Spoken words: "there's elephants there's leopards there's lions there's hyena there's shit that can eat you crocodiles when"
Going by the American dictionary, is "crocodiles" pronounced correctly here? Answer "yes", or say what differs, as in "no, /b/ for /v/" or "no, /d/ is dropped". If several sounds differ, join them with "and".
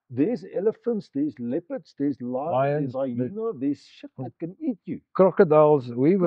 yes